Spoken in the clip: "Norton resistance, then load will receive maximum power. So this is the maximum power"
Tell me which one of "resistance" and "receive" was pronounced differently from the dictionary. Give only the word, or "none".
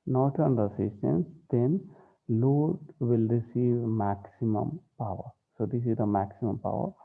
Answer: resistance